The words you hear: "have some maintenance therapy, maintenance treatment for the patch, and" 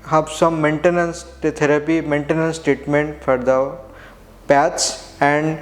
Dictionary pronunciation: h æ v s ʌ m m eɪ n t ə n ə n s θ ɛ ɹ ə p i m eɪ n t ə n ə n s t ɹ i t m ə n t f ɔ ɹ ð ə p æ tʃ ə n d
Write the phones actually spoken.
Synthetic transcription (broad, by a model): h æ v s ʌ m m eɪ n t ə n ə n s t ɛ ɹ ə p i m eɪ n t ə n ə n s t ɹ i t m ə n t f ɔ ɹ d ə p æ s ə n d